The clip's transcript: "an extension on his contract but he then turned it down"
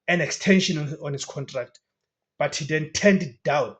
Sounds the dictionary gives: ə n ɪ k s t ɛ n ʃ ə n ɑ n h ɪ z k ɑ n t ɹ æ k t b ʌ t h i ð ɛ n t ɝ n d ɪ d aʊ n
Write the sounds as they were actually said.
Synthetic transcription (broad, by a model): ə n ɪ k s t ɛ n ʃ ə n ɑ n h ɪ s k ɑ n t ɹ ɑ k t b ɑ t h i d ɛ n t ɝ n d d aʊ n